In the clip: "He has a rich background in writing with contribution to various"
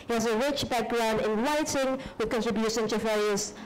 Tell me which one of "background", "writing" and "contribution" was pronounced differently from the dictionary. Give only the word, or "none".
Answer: writing